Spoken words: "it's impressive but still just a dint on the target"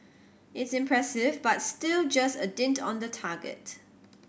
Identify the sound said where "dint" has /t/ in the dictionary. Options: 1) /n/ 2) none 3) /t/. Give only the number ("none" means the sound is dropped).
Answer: 3